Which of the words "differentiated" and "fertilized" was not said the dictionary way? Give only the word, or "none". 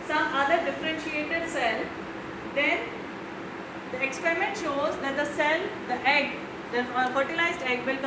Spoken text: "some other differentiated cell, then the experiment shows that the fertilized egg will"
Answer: none